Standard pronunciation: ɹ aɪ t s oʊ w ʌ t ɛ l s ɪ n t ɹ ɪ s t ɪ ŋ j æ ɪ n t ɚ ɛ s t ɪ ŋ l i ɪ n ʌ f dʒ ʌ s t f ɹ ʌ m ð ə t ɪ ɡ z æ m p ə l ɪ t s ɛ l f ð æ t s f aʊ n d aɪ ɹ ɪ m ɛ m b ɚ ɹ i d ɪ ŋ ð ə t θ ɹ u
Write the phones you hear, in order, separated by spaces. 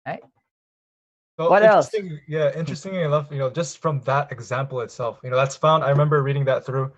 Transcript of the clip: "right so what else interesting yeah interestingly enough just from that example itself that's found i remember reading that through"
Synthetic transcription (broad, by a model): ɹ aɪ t s oʊ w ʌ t ɛ l s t ɪ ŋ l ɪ j æ ɪ n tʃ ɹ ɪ s t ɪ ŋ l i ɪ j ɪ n dʒ ʌ s t f ɹ ʌ m ð ə t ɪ ɡ z æ m p l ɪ t s ɛ l f ð æ t s f aʊ n d aɪ ɹ ɪ m ɛ m b ɚ ɹ i d ɪ ŋ ð ə t θ ɹ u